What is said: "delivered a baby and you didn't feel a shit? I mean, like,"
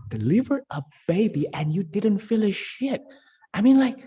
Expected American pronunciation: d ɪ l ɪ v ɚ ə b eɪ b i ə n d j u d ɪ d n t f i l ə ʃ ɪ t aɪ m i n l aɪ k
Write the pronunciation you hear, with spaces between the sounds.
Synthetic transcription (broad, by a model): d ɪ l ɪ v ɚ ə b eɪ b i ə n j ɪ d ɪ d n t f i l ə ʃ ɪ t aɪ m i n l aɪ k